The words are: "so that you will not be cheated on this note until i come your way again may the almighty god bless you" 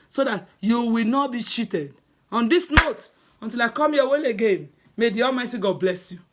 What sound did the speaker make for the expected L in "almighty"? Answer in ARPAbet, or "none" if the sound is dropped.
L